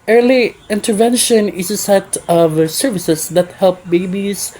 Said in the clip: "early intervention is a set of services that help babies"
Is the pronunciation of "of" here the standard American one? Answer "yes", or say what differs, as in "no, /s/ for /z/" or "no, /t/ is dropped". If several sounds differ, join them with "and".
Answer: yes